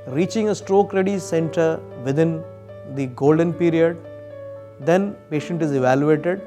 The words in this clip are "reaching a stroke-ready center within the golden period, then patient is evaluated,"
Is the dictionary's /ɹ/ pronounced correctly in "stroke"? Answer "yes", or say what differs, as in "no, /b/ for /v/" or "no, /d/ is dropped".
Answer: yes